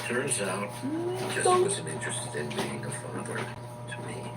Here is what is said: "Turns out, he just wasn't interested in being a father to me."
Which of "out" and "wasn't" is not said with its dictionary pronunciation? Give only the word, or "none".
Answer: wasn't